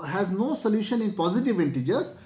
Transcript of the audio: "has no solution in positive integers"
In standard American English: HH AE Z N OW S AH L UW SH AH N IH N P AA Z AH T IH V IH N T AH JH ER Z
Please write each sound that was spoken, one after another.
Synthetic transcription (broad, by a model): HH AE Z N OW S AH L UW SH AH N IH N P AA Z AH T IH V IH N T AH JH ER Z